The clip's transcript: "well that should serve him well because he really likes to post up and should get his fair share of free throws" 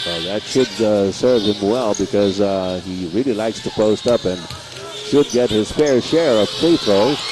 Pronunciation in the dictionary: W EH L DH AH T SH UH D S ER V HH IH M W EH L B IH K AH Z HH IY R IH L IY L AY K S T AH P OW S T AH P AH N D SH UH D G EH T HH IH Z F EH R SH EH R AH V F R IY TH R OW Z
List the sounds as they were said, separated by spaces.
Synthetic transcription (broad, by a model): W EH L DH AH T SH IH D S ER V HH IH M W EH L B IH K AH Z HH IY R IH L IY L AY K S T AH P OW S T AH P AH N SH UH D G EH T HH IH Z F EH R SH EH R AH V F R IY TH R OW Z